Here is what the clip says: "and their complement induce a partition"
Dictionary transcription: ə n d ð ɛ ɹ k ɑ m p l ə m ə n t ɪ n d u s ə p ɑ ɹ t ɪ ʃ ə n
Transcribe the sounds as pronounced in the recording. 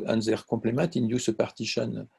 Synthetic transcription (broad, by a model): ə n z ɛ ɹ k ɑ p l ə m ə t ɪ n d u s ə p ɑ ɹ t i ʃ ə n